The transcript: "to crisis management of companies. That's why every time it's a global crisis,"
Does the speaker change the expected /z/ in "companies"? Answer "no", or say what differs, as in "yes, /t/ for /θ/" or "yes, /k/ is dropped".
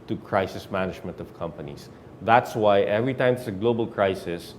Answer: yes, /s/ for /z/